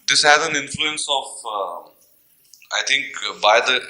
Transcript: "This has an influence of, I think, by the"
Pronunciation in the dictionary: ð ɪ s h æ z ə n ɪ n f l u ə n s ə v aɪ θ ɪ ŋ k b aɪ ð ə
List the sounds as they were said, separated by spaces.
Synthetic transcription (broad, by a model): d ɪ s h æ z ə n ɪ n f l u ə n s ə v aɪ t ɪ ŋ k b aɪ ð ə